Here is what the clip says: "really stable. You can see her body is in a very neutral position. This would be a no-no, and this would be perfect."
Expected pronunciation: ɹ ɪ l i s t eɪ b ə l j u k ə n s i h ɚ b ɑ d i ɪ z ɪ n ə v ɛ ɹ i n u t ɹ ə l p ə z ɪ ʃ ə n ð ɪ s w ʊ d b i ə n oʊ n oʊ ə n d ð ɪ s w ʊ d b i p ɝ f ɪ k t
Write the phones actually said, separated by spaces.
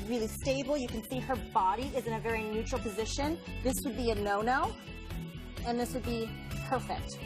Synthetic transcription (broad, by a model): ɹ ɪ l i s t eɪ b l j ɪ k ə n s i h ɚ b ɑ d i ɪ z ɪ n ə v ɛ ɹ i n u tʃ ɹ l p ə z ɪ ʃ ə n ð ɪ s w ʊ d b i ə n oʊ n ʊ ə n ð ɪ s w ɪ d b i p ɝ f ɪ k t